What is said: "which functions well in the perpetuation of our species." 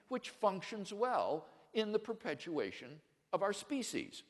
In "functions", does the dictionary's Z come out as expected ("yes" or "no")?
yes